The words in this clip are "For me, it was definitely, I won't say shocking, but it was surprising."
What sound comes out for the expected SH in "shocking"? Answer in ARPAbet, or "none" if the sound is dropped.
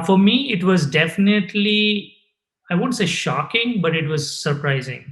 SH